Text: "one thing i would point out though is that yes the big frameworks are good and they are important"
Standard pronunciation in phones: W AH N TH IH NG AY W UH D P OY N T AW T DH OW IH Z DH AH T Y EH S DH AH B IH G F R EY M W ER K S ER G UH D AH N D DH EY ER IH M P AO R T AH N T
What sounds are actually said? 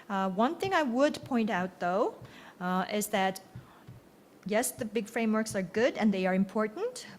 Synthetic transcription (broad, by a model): W AH N TH IH NG AY W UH D P OY N T AW T DH OW IH Z DH AH T Y EH S DH AH B IH G F R EY M W ER K S ER G UH D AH N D DH EY ER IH M P AO R T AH N T